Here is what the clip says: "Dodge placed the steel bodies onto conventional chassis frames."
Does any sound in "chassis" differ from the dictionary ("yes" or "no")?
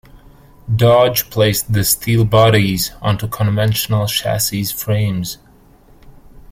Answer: yes